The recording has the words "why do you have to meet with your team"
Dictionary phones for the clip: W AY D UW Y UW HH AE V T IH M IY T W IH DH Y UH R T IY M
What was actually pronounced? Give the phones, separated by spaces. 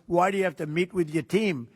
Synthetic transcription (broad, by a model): W AY D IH Y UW HH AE F T IH M IY T W IH DH Y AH R T IY M